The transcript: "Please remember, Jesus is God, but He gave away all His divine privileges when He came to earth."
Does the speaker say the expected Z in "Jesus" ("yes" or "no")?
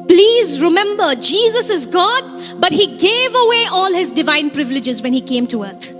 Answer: yes